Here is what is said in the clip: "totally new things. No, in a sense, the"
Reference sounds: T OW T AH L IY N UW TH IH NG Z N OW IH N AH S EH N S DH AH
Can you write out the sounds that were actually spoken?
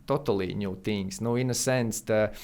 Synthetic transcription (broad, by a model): T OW T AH L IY N UW T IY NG S N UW IH N AH S EH N S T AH